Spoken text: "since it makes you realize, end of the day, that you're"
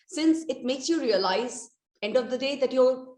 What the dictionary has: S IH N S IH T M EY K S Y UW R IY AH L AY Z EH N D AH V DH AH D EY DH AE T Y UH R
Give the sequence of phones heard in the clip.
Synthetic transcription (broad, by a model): S IH N S IH T M EY K S Y UW R IY AH L AY Z EH N D AH V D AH D EY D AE T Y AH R